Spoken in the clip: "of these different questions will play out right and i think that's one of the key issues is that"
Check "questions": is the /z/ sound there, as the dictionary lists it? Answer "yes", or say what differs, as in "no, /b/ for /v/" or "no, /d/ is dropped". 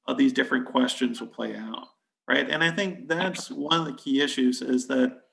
yes